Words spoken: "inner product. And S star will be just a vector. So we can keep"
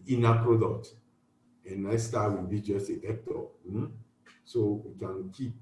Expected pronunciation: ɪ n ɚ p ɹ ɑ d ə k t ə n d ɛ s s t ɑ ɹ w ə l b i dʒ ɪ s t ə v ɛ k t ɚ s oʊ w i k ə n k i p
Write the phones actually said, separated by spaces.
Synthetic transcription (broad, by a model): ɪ n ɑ p ɹ ɑ d ə k t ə n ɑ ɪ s s t ɑ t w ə n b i dʒ ɪ s t ə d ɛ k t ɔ s oʊ w i k ə n k i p